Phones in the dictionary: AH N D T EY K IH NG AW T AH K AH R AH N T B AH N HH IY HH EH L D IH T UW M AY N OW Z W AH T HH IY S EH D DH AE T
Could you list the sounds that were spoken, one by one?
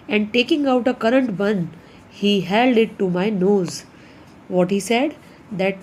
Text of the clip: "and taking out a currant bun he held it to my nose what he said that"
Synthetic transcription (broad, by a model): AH N D T EY K IH NG AW T AH K AH R AH N T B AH N HH IY HH EH L D IH T UW M AY N OW Z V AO T HH IY S EH D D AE T